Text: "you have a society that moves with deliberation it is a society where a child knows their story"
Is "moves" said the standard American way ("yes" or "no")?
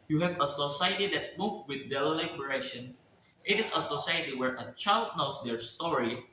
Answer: no